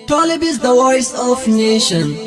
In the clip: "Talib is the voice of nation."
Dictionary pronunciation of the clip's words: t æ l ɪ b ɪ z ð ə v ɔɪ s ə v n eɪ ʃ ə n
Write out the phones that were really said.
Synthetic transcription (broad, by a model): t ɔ l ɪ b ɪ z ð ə w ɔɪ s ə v n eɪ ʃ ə n